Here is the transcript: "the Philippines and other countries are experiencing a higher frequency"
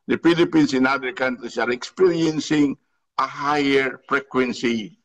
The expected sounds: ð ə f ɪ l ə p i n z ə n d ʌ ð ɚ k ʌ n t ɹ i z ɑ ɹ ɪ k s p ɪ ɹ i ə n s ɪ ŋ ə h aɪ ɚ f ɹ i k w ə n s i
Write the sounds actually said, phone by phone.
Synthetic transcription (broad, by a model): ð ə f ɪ l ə p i n s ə n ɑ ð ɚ k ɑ n t ɹ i s ɑ ɹ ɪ k s p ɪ ɹ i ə n s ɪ ŋ ə h aɪ ɚ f ɹ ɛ k w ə n s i